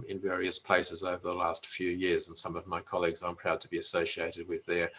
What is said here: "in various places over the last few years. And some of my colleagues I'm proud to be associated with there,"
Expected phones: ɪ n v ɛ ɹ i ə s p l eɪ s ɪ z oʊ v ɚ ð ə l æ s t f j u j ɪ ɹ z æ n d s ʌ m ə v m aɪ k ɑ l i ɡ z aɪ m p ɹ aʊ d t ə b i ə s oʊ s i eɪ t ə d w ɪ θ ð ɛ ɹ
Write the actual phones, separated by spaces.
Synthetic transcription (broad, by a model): ɪ n v ɛ ɹ i ə s p l eɪ s ɪ z oʊ v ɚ ð ə l æ s t f j u j ɪ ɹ z n s ʌ m ə v m aɪ k ɑ l i ɡ z aɪ m p ɹ aʊ d t ə b i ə s oʊ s i eɪ t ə d w ɪ ð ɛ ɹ